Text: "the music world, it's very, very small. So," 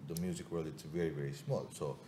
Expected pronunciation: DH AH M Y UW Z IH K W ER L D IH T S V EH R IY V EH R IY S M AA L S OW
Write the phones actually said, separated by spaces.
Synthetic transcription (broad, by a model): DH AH M Y UW Z IH K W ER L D IH T S V EH R IY V EH R IY S M AA L S OW